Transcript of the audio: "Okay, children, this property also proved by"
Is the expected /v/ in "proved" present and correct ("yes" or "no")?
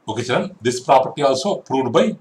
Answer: no